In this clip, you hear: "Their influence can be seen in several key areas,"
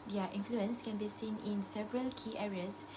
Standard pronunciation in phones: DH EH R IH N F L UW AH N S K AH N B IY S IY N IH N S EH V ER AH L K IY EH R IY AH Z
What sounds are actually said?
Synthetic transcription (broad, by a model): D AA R IH N F L UW AH N S K AH N B IY S IY N IH N S EH V ER AH L K IY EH R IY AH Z